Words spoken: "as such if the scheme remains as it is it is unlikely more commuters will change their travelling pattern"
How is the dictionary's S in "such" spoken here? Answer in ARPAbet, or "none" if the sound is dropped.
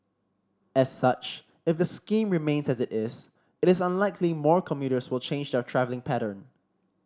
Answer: S